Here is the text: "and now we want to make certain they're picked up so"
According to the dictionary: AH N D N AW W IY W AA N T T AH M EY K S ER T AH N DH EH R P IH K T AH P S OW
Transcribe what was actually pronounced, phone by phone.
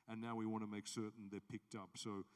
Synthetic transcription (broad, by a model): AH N N AW W IY W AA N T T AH M EY K S ER T N DH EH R P IH K T AH P S OW